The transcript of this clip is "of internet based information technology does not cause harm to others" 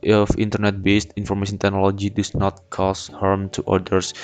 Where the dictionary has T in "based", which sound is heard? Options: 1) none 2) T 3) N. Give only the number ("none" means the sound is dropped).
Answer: 2